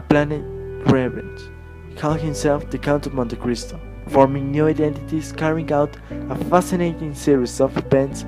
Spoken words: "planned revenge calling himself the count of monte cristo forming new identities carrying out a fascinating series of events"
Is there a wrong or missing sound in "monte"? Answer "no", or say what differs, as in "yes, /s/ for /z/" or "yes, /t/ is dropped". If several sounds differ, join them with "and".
no